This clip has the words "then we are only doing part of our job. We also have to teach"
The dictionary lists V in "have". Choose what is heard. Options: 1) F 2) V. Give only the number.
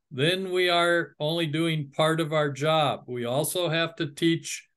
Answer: 1